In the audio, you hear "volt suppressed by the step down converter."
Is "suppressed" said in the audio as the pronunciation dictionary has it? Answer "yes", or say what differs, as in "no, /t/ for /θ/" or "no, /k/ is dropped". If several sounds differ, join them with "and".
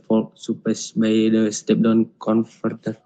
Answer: no, /ɹ/ is dropped